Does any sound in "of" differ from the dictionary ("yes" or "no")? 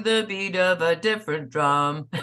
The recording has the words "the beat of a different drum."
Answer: no